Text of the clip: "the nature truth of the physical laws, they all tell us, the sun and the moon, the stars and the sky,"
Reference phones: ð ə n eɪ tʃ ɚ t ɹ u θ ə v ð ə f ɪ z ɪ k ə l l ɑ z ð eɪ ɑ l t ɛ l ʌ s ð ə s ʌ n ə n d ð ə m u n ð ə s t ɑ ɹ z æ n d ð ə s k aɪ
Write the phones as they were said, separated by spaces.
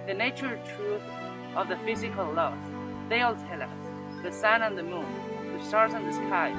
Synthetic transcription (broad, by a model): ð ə n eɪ tʃ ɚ t ɹ u θ ə v ð ə f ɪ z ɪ k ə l l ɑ s ð eɪ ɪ l t ɛ l ʌ s ð ə s ʌ n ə n ð ə m u n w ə s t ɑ ɹ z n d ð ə s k aɪ